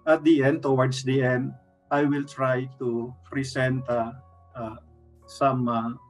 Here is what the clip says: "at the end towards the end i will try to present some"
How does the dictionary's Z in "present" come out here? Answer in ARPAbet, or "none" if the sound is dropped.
S